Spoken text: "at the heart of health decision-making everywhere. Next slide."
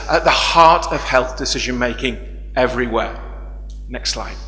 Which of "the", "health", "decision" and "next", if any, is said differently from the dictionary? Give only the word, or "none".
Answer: none